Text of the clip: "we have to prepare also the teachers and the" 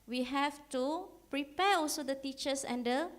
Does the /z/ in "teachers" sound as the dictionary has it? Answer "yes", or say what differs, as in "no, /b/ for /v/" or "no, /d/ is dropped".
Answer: no, /s/ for /z/